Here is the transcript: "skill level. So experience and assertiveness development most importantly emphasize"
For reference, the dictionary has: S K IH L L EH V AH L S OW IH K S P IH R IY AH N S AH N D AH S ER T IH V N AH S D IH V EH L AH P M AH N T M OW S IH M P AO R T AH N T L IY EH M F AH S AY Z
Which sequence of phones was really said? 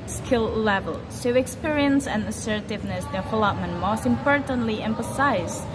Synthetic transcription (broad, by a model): S K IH L L EH V AH L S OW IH K S P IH R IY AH N S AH N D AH S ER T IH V N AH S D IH F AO L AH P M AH N M OW S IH M P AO R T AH N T L IY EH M F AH S AY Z